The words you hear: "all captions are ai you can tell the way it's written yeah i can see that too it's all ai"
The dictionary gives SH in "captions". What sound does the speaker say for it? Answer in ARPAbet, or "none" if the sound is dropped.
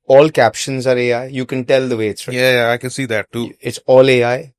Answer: SH